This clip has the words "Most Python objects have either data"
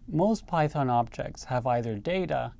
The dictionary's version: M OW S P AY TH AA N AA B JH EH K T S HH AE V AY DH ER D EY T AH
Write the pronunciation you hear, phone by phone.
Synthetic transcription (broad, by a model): M OW S P AY TH AA N AA B JH EH K T S HH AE V AY DH ER D EY T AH